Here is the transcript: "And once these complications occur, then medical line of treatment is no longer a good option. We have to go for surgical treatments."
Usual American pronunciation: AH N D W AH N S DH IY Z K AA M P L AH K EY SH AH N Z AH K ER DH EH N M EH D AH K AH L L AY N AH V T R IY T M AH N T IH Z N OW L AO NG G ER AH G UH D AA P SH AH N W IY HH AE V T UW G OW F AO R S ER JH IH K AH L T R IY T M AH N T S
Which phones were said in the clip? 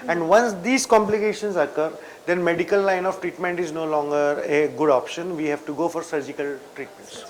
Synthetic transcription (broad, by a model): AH N D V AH N S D IY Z K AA M P L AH K EY SH AH N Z AH K ER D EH N M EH D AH K AH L L AY N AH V T R IY T M AH N T IH Z N OW L AO NG G ER AH G UH D AA P SH AH N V IY HH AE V T UW G OW F AO R S ER JH IH K AH L T R IY T M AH N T S